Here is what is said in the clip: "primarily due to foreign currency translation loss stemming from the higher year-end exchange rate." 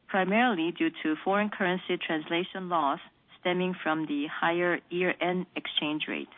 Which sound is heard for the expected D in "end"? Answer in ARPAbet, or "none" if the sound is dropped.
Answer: none